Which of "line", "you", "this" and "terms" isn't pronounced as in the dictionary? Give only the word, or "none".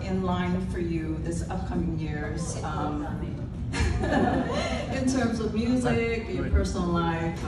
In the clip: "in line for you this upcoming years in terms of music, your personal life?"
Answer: none